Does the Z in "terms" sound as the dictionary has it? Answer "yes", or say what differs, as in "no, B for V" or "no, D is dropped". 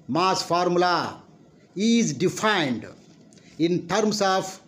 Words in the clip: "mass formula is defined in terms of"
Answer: no, S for Z